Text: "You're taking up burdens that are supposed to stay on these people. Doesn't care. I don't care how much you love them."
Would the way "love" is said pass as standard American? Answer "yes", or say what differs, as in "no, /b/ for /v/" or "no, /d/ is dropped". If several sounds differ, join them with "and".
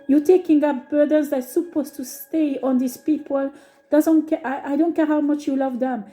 yes